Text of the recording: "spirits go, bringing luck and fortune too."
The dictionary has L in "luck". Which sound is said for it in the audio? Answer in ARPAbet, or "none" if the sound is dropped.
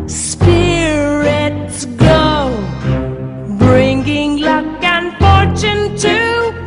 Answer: L